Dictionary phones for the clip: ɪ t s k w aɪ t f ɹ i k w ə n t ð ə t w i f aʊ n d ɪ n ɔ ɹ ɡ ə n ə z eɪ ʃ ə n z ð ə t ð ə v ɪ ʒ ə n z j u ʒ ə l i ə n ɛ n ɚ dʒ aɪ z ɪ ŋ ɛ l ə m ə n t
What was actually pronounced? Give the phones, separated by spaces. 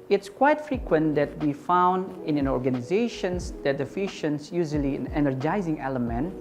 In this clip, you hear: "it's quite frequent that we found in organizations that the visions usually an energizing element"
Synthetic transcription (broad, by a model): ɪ t s k w aɪ t f ɹ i k w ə n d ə t w i f aʊ n d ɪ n ɔ ɹ ɡ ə n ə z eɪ ʃ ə n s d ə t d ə f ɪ ʃ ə n s j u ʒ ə l i ə n ɛ n ɚ dʒ aɪ z ɪ ŋ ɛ l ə m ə n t